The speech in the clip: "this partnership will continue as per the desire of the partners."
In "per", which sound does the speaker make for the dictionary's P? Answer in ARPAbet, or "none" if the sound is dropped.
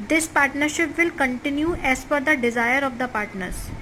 F